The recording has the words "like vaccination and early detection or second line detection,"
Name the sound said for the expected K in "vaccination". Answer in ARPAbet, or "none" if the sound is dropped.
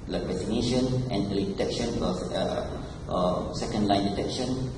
none